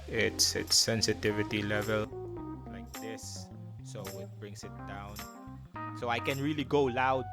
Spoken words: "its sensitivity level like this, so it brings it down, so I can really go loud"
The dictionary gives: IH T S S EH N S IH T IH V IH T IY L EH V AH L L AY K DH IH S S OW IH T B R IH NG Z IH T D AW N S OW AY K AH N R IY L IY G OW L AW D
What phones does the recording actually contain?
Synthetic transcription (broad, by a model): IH T S S EH N S IH T IH V IH T IY L EH V AH L L AY K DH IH S S OW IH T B R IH NG S IH T D AW N S OW AY K AH N R IY L IY G OW L AW D